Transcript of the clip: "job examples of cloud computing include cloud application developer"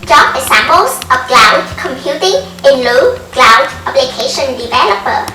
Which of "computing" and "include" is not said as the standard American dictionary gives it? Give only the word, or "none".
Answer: include